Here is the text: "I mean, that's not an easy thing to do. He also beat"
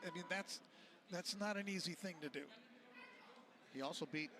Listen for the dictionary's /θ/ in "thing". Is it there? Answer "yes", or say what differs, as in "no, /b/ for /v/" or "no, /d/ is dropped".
yes